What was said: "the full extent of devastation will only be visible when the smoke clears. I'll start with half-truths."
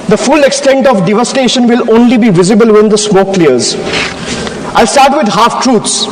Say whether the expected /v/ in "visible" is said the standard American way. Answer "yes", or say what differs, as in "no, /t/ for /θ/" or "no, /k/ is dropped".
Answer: yes